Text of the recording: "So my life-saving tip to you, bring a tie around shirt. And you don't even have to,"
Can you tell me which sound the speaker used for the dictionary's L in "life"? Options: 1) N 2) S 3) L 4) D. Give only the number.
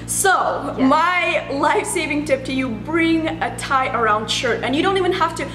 3